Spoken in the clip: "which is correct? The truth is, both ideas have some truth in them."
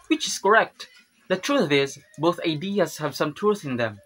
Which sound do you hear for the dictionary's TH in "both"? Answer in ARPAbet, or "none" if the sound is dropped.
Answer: TH